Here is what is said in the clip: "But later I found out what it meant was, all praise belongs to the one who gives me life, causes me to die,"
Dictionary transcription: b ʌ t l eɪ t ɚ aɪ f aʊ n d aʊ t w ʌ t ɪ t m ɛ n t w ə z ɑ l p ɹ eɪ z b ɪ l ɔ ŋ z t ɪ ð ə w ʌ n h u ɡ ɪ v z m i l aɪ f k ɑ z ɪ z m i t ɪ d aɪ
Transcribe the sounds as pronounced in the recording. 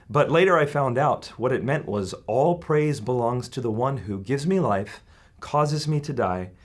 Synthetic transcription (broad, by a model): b ʌ t l eɪ t ɚ aɪ f aʊ n d aʊ t w ʌ t ɪ t m ɛ n t w ə z ɑ l p ɹ eɪ z b ɪ l ɔ ŋ z t ɪ ð ə w ʌ n h u ɡ ɪ v z m i l aɪ f k ɑ z ɪ z m i t ɪ d aɪ